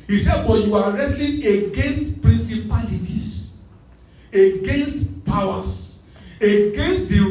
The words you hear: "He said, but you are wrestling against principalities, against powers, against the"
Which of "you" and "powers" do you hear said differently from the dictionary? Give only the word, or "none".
powers